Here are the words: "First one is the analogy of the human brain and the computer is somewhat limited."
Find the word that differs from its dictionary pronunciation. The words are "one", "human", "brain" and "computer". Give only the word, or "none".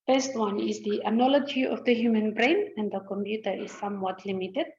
none